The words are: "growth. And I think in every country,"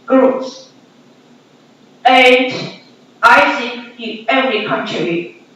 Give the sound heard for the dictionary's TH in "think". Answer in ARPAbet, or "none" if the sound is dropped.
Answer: S